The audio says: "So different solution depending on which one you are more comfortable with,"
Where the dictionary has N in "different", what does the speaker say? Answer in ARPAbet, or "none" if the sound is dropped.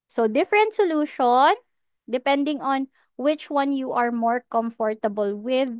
N